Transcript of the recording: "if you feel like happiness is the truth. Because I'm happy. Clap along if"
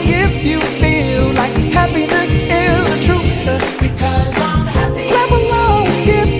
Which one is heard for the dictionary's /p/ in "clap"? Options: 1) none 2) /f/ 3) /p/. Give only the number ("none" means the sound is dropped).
1